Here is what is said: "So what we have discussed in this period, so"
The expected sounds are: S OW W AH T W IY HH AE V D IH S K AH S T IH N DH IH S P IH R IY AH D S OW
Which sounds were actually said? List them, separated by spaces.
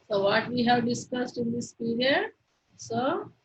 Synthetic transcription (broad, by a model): S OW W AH T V IY HH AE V D IH S K AH S T IH N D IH S P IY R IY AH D S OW